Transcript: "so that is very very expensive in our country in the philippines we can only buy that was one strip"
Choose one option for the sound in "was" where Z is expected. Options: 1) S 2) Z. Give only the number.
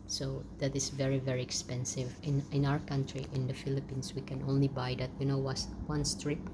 1